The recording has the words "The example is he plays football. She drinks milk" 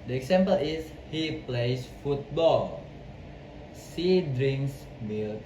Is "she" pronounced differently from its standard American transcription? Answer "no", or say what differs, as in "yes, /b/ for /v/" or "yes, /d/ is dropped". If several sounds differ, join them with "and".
yes, /s/ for /ʃ/